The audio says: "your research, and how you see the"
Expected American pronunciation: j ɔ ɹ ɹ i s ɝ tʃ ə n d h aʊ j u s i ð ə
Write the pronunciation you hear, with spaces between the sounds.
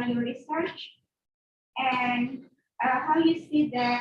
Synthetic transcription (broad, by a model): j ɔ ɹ ɹ i s ɝ tʃ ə n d h aʊ j u s i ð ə